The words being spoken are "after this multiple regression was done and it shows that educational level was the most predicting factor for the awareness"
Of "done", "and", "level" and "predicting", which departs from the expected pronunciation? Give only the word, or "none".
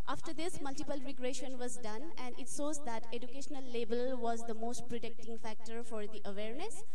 level